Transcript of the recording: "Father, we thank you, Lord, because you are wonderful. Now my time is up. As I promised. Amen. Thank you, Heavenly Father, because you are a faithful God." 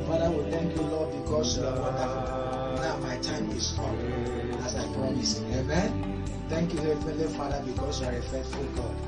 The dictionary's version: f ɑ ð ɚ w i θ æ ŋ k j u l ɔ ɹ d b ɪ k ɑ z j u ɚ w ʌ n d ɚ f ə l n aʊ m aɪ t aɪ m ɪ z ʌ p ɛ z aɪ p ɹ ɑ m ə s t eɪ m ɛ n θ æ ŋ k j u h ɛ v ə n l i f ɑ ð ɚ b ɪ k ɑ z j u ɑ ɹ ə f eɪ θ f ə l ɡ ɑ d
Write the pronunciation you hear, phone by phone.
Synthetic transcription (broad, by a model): f ɑ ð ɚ w i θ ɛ ŋ k j u l ɔ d b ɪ k ɑ s j u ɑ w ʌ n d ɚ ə n aʊ m aɪ t aɪ m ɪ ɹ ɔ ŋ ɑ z aɪ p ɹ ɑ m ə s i eɪ m ɛ n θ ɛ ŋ k j u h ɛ f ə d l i f ɑ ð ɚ b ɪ k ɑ s j u ɑ ɹ ə f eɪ t f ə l ɡ ɑ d